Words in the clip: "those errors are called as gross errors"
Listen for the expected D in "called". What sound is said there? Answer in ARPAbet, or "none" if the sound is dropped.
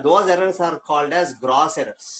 D